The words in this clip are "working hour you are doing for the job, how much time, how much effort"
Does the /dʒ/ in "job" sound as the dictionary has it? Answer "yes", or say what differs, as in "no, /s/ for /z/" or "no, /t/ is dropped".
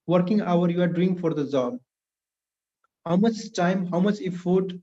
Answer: no, /z/ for /dʒ/